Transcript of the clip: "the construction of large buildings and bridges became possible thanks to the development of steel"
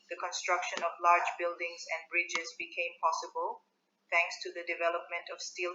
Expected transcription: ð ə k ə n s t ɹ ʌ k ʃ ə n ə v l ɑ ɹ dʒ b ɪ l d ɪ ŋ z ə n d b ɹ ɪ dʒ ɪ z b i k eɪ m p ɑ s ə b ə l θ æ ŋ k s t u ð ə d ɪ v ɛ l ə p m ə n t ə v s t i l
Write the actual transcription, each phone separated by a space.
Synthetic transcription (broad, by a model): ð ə k ə n s t ɹ ʌ k ʃ ə n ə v l ɑ ɹ dʒ b ɪ l d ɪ ŋ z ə n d b ɹ ɪ dʒ ɪ z b i k eɪ m p ɑ s ə b ə l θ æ ŋ k s t u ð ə d ɪ v ɛ l ə p m ə n t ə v s t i l